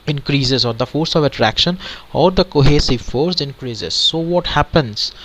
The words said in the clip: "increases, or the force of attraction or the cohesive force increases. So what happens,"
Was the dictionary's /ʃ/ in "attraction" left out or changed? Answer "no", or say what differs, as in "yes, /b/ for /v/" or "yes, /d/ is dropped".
no